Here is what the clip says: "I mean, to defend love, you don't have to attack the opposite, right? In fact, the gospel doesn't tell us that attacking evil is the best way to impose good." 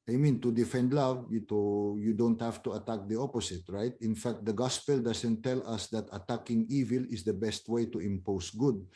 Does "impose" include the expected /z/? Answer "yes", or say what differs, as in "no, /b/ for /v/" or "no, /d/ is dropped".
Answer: no, /s/ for /z/